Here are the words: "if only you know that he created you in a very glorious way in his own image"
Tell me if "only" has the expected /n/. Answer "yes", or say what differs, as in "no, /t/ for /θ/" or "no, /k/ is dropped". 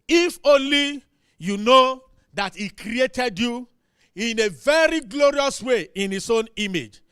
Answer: no, /n/ is dropped